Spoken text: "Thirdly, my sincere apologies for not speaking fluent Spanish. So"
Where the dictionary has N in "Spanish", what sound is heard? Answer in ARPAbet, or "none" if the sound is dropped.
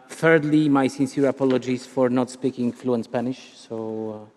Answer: N